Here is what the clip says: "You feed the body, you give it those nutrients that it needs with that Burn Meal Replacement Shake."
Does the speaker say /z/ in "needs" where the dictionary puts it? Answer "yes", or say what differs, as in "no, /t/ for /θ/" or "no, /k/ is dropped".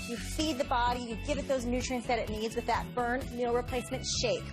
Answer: yes